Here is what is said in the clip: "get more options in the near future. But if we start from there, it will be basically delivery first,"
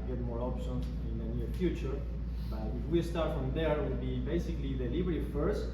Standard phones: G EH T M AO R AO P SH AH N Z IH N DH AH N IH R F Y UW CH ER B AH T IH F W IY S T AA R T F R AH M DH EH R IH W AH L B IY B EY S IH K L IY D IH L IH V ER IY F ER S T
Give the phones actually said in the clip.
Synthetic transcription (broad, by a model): G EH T M AO R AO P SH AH N IH N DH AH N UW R F Y UW CH ER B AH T IH F W IY S T AA R T F R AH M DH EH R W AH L B IY B EY S IH K L IY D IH L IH B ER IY F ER S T